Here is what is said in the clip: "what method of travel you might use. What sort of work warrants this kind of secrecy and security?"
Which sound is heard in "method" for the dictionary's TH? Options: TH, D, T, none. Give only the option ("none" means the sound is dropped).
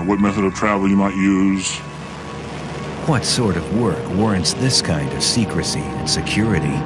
TH